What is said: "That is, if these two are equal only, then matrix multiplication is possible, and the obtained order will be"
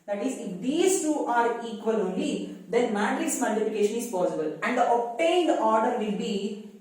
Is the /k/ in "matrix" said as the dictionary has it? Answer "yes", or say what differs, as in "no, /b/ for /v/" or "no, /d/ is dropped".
no, /k/ is dropped